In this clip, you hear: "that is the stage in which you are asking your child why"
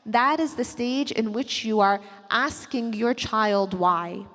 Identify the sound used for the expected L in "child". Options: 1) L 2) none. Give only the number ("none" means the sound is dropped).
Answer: 1